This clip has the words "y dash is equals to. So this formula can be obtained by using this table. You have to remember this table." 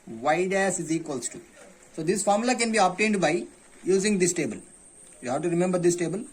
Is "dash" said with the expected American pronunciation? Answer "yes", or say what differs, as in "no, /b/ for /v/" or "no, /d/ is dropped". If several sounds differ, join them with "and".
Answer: no, /s/ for /ʃ/